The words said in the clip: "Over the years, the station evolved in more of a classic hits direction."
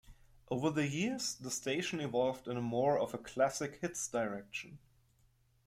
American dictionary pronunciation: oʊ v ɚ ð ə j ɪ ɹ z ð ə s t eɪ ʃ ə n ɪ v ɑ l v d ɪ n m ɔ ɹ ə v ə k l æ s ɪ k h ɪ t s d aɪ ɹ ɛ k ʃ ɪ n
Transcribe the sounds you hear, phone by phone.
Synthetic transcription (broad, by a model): oʊ v ɚ ð ə j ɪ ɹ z ð ə s t eɪ ʃ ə n ɪ v ɑ l v d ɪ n m ɔ ɹ ə v ə k l æ s ɪ k h ɪ t s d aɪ ɹ ɛ k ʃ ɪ n